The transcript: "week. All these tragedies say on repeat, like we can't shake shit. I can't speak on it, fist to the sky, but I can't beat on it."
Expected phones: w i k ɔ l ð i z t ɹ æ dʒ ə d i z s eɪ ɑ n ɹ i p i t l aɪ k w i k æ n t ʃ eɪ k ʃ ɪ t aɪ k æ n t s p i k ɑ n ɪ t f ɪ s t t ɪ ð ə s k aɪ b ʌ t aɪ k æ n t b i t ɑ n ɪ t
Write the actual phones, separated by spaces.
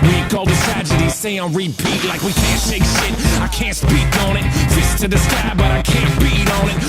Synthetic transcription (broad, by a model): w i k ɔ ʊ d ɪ t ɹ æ dʒ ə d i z s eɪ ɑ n ɹ i p i t l aɪ k w i k æ n t eɪ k ʃ ɪ t aɪ k æ n t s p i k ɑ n ɪ t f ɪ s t t ɪ ð ə s k aɪ b ʌ t aɪ k æ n b i t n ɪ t